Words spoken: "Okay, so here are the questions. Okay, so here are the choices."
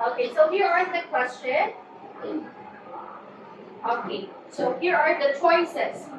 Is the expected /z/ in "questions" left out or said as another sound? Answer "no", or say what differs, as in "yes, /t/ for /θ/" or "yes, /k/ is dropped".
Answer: yes, /z/ is dropped